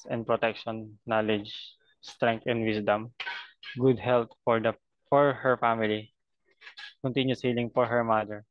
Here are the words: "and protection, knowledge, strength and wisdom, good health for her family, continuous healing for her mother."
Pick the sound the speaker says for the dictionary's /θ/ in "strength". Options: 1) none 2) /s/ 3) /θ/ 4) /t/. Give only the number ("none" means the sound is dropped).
4